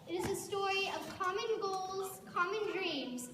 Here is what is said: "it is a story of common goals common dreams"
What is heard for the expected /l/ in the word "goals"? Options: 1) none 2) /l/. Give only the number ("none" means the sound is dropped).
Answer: 2